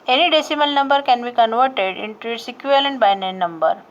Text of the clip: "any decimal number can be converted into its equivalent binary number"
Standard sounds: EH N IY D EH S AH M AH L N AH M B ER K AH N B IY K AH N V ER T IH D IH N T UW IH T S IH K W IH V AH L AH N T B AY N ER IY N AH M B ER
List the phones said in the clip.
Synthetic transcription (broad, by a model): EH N IY D EH S AH M AH L N AH M B ER K AH N B IY K AH N V ER T IH D IH N T UW IH T S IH K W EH AH L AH N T B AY N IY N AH M B ER